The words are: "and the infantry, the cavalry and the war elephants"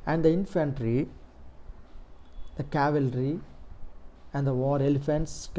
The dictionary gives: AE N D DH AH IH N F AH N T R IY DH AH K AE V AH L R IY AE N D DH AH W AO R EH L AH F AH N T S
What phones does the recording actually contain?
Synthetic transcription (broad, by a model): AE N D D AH IH N F AH N T R IY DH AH K AE V AH L R IY AE N D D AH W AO R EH L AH F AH N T S